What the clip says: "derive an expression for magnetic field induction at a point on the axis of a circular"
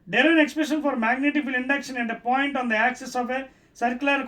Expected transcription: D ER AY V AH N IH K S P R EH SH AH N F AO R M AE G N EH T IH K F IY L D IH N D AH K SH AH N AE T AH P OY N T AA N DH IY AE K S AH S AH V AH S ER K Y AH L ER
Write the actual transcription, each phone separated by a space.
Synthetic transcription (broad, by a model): D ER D AH N IH K S P R EH SH AH N F AO R M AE G N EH T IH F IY L IH N D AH K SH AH N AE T AH P OY N T AA N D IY AE K S AH S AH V AH S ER K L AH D